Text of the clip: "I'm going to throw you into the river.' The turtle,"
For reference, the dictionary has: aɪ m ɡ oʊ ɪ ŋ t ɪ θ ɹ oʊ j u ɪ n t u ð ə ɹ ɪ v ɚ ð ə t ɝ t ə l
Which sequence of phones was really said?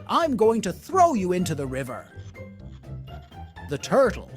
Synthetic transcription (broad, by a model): aɪ m ɡ oʊ ɪ ŋ t ɪ θ ɹ oʊ j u ɪ n t u ð ə ɹ ɪ v ɚ ð ə t ɝ t l